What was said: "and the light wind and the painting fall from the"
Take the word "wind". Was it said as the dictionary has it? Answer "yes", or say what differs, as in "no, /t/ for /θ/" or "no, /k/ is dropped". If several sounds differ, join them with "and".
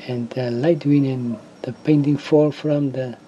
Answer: no, /d/ is dropped